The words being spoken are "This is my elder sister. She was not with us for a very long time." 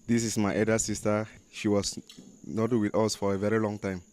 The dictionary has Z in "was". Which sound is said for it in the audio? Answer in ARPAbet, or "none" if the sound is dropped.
S